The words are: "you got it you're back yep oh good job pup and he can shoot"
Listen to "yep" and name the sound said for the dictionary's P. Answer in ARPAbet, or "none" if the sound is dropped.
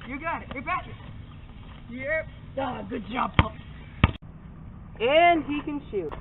none